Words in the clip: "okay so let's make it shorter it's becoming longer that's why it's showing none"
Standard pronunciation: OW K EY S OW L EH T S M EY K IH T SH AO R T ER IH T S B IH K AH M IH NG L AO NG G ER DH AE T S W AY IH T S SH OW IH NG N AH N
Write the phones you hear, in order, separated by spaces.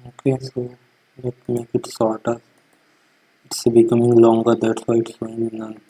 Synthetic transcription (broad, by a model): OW K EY S OW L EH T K M EY K IH T S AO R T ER IH T S B IH K AH M IH NG L AO NG G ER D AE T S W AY IH T S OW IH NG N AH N